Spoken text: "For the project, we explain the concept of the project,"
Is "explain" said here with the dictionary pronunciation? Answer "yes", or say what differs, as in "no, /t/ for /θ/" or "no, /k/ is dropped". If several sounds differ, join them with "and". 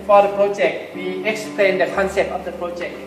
yes